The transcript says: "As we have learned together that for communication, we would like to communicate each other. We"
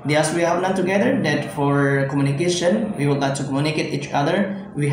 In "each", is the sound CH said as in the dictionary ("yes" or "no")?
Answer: yes